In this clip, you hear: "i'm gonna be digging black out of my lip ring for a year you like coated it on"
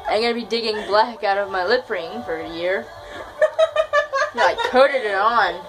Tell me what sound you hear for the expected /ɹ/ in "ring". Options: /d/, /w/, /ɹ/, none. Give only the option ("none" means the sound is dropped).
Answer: /ɹ/